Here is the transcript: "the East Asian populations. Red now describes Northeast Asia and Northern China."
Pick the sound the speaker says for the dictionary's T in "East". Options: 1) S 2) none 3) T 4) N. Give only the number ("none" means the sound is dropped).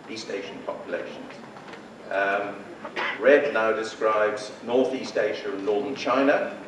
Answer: 3